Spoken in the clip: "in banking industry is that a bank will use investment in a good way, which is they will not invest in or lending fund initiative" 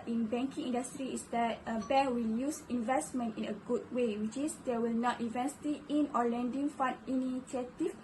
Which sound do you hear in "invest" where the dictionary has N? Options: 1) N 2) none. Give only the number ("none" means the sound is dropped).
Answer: 2